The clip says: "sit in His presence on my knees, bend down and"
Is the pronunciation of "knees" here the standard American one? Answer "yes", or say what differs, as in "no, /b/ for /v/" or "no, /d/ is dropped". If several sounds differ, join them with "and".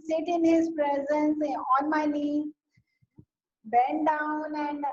no, /l/ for /n/ and /z/ is dropped